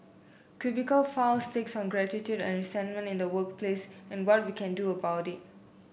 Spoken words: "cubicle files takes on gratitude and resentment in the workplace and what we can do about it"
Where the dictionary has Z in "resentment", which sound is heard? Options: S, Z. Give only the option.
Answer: S